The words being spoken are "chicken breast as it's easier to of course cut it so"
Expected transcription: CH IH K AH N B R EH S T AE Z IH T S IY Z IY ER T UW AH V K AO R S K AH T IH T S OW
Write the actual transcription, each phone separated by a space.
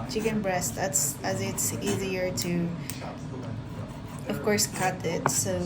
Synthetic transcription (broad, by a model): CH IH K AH N B R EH S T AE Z IH T S IY Z IY ER T UW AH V K AO R S K AH T IH T S OW